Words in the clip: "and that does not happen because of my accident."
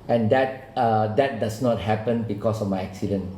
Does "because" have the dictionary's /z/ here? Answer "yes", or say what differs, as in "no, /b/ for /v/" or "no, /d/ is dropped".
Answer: no, /s/ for /z/